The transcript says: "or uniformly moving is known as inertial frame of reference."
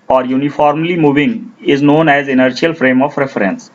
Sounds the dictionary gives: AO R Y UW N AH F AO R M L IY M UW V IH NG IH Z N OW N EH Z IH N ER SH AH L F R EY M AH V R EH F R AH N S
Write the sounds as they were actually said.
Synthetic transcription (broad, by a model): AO R Y UW N AH F AO R M L IY M UW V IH NG IH Z N OW N EH Z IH N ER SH AH L F R EY M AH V R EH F R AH N S